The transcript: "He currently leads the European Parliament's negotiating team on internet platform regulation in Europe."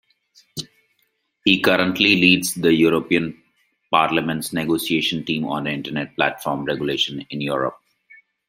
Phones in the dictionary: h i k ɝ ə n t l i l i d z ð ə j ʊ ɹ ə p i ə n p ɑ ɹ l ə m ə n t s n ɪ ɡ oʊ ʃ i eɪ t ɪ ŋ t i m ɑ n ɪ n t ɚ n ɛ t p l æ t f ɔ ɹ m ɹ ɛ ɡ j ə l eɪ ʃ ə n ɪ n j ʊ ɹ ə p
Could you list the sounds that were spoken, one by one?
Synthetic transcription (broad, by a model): h i k ɝ ə n t l i l i d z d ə j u ɹ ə p i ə n p ɑ ɹ l ə m ə n t s n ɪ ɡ oʊ s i eɪ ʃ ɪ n t i m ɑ n ɪ n t ɚ n ɛ t p l æ t f ɔ ɹ m ɹ ɛ ɡ j ə l eɪ ʃ ə n ɪ n j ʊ ɹ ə p